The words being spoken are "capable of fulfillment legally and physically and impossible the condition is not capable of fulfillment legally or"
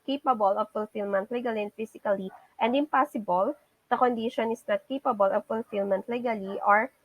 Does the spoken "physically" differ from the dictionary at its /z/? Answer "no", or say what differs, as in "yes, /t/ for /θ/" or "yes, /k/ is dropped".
yes, /s/ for /z/